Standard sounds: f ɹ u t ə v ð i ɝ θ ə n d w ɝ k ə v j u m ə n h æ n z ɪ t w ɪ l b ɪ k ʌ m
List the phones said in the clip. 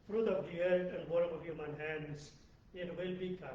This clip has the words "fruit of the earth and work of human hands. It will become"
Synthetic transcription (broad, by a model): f ɹ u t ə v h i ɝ t ə n d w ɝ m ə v j u m ə n h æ n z ɪ t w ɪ l b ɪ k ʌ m